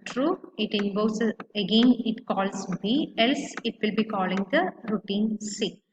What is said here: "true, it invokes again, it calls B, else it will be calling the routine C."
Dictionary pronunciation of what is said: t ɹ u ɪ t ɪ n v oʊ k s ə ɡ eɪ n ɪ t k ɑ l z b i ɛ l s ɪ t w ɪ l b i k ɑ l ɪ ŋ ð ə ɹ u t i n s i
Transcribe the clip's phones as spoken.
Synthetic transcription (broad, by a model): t ɹ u ɪ t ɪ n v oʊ s ə ɡ eɪ n ɪ t k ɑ l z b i ɛ l s ɪ t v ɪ l b i k ɑ l ɪ ŋ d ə ɹ u t i n s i